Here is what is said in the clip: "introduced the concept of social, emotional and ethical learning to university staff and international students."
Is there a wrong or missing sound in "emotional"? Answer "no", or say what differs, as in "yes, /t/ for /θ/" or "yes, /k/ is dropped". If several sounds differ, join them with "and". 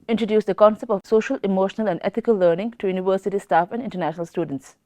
no